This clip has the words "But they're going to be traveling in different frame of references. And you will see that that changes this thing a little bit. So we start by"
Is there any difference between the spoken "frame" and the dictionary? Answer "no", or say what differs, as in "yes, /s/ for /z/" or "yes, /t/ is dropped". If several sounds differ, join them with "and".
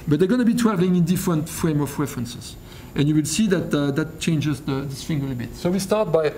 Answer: no